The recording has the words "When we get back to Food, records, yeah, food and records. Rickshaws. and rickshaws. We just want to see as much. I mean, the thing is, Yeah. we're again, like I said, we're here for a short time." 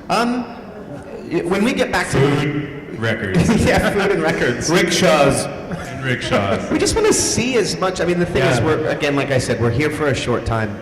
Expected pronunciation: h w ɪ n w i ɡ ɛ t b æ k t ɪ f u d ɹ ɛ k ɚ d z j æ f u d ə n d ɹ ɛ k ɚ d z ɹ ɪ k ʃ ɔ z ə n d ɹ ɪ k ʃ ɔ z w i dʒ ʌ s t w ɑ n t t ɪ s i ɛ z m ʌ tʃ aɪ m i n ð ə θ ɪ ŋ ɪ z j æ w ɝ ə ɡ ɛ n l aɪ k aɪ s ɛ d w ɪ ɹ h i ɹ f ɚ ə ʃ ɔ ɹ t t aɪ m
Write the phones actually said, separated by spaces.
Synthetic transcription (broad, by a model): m w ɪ n w i ɡ ɛ t b æ k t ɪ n ɹ ɛ k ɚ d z j æ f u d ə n ɹ ɛ k ɚ d z ɹ ɪ k ʃ ɔ z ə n ɹ ɪ k ʃ ɔ z w i dʒ ʌ s t w ɑ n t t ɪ s i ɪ z m ʌ tʃ aɪ m i n ð ə θ ɪ ŋ ɪ z w ɝ ə ɡ ɛ n l aɪ k aɪ s ɛ d w ɪ ɹ h i ɹ f ɚ ə ʃ ɔ ɹ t t aɪ m